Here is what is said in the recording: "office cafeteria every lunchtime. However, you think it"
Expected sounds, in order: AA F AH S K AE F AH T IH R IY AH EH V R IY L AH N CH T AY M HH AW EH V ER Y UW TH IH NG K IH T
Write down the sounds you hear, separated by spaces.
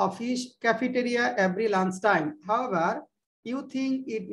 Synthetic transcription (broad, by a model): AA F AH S K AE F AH T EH R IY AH EH V R IY L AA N S T AY M HH AW EH V ER Y UW T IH NG K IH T